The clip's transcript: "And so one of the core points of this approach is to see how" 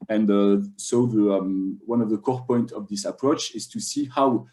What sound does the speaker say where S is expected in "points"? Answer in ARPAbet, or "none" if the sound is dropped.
none